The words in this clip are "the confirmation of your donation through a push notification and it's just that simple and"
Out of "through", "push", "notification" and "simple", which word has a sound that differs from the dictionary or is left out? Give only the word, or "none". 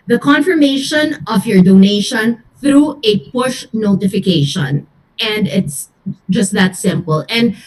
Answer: none